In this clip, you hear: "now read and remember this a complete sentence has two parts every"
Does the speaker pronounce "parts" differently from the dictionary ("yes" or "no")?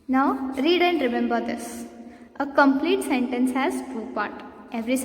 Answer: yes